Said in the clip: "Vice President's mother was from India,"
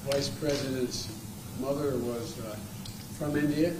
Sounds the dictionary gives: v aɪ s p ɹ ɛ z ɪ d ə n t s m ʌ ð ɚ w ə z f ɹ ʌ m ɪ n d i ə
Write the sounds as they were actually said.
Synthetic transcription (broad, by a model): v aɪ s p ɹ ɛ z ɪ d ə n t s m ʌ ð ɚ w ə z f ɹ ʌ m ɪ n d i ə